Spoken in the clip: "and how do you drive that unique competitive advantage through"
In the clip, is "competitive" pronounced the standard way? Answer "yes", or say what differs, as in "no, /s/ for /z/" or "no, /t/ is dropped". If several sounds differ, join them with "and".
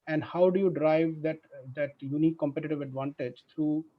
yes